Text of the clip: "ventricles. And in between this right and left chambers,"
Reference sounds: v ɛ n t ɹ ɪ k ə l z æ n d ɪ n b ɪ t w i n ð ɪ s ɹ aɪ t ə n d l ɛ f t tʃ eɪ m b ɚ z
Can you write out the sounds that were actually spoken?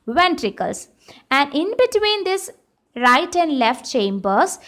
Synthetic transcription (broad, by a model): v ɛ n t ɹ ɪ k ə l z æ n d ɪ n b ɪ t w i n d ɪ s ɹ aɪ t ə n d l ɛ f t tʃ eɪ m b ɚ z